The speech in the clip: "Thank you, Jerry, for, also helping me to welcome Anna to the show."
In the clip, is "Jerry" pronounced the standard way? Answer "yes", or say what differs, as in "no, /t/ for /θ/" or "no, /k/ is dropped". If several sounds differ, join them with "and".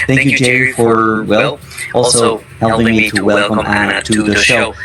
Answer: no, /ɹ/ is dropped